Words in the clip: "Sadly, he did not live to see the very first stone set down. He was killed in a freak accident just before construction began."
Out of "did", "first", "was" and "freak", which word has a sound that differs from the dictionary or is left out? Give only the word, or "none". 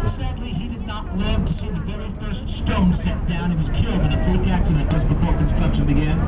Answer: freak